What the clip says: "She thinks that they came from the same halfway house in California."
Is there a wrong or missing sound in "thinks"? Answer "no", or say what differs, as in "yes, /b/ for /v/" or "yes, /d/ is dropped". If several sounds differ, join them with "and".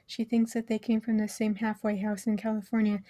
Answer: no